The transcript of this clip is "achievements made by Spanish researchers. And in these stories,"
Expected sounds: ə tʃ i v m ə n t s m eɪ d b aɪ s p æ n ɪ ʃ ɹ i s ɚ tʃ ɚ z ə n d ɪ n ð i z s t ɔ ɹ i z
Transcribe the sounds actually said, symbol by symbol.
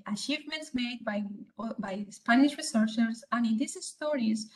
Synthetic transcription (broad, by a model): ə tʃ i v m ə n t s m eɪ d b aɪ s p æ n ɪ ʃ ɹ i s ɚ s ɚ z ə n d ɪ n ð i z s t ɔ ɹ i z